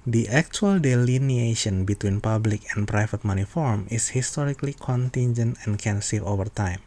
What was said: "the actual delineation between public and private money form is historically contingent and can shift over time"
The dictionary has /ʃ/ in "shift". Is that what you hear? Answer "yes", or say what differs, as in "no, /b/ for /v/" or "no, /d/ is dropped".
no, /s/ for /ʃ/